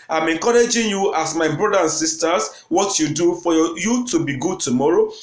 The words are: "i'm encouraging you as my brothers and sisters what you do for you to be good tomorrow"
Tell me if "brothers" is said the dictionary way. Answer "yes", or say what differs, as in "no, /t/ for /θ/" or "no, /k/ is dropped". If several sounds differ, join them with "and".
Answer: no, /z/ is dropped